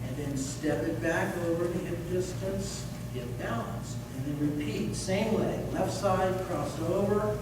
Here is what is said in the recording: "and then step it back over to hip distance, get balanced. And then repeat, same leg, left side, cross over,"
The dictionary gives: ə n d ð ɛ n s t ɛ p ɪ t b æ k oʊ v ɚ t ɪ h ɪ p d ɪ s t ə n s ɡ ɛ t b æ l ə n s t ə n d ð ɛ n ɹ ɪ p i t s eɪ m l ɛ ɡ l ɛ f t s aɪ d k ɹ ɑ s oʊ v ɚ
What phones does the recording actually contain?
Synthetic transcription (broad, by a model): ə n ð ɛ n s t ɛ p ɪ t b æ k oʊ v ɚ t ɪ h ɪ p d ɪ s t ə n s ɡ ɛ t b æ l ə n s ə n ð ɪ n ɹ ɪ p i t s eɪ m w ɛ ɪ l ɛ f t s aɪ d k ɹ ɑ s oʊ v ɚ